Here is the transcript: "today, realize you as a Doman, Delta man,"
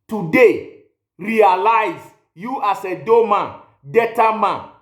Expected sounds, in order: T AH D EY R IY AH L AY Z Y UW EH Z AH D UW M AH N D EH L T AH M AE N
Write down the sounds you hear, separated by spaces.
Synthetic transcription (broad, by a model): T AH D EY R IY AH L AY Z Y UW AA S AH D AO M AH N D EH T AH M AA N